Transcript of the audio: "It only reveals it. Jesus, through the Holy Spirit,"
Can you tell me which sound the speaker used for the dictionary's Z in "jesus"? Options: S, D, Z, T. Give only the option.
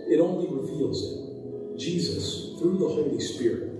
Z